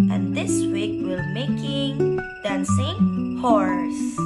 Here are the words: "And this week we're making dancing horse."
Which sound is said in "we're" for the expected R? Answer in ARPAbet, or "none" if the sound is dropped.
L